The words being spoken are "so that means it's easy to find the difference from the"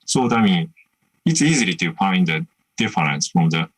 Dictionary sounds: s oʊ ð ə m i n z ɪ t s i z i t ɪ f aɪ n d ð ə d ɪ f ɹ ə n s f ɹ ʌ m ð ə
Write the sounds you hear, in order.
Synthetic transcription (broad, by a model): s oʊ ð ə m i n ɪ t s i z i t ɪ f aɪ n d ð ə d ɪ f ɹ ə n s f ɹ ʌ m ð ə